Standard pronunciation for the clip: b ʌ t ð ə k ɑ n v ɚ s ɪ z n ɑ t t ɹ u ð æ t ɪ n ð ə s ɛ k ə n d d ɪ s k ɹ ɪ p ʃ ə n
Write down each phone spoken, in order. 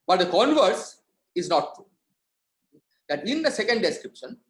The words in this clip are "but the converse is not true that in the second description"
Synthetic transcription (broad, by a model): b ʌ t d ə k ɑ n v ɚ s ɪ z n ɑ t t ɹ u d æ t ɪ n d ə s ɛ k ə n d d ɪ s k ɹ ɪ p ʃ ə n